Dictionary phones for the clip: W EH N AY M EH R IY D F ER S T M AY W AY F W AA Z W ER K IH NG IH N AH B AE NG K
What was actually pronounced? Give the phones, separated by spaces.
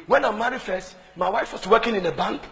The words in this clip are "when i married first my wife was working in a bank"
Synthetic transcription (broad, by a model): W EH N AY M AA R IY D F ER S T M AY W AY F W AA S W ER K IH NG IH N AH B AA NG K